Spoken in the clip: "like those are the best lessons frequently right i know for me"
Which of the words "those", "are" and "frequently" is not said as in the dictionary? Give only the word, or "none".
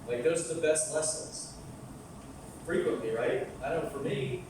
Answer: none